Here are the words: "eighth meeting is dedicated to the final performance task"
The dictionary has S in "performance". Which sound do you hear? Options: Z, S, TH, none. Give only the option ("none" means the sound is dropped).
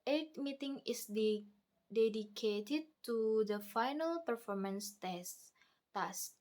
S